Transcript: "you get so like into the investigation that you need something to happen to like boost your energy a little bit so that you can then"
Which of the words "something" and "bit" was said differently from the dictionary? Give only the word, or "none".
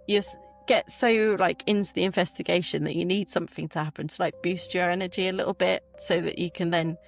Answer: none